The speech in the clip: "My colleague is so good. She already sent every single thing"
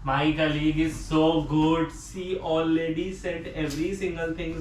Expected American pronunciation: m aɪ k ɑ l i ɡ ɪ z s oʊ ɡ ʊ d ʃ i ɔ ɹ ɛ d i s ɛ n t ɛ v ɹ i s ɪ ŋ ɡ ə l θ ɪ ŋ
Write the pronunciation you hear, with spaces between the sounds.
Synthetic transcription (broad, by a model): m aɪ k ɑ l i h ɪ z s oʊ ɡ ʊ d s i ɔ l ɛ d i s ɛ t ɛ v ɹ i s ɪ ŋ ɡ ə l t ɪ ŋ